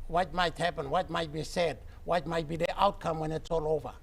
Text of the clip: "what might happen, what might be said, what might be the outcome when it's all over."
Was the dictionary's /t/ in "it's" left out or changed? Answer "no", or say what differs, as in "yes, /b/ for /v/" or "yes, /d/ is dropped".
no